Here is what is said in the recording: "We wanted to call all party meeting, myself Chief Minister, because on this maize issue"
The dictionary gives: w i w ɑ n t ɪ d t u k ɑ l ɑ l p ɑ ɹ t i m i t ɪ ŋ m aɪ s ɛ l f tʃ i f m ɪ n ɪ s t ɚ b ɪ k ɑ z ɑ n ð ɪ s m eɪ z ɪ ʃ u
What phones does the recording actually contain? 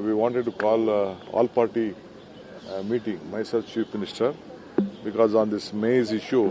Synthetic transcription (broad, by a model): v i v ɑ n t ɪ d t u k ɑ l ɑ l p ɑ ɹ t i m i t ɪ ŋ m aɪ s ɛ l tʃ i p m ɪ n ɪ s t ɚ b ɪ k ɑ z ɑ n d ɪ s m eɪ z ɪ ʃ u